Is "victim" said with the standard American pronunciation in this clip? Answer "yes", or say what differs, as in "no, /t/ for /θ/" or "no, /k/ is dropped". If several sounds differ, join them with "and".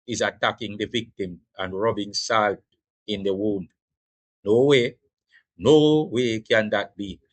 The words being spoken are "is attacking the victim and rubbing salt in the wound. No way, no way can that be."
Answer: yes